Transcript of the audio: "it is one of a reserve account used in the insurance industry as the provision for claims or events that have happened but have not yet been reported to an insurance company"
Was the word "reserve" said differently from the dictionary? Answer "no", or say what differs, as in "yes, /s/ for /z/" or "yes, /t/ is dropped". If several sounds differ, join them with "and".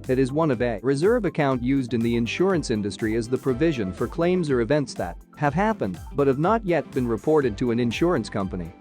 no